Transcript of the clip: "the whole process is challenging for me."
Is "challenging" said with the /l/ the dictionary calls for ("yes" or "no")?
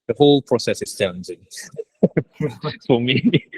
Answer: no